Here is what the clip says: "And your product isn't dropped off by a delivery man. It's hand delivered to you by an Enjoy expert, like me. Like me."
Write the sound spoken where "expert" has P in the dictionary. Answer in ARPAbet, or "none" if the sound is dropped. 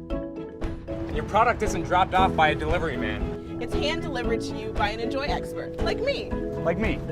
P